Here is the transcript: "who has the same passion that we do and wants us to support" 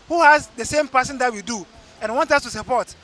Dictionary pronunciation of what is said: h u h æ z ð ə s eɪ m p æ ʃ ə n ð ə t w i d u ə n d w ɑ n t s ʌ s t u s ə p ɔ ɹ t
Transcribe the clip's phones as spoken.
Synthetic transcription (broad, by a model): h u h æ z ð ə s eɪ m p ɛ s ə n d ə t w i d u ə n w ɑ n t ʌ s t u s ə p ɔ t